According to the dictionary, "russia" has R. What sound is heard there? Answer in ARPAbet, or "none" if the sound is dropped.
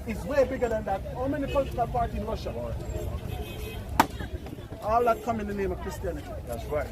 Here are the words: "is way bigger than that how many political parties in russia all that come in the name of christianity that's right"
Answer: W